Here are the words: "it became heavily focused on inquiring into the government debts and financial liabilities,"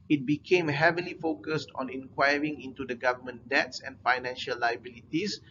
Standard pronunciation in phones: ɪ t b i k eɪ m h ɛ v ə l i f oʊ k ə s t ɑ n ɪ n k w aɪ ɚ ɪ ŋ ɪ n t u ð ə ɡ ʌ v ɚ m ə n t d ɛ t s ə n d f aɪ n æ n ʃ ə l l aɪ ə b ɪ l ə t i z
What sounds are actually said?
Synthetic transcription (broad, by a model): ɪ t b i k eɪ m h ɛ v ə l i f oʊ k ə s t ɑ n ɪ n k w aɪ ɚ ɪ ŋ ɪ n t u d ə ɡ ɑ v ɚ m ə n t d ɛ t s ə n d f aɪ n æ n ʃ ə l l aɪ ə b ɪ l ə t i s